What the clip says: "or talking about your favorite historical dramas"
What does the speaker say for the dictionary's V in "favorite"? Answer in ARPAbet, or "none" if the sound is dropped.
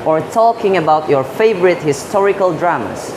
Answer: V